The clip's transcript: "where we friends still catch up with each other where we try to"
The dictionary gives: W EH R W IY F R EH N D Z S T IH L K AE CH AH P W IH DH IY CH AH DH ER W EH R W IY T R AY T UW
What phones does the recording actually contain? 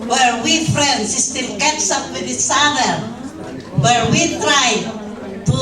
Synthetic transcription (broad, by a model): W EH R W IY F R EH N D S S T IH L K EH S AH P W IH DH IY S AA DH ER W EH R W IY T R AY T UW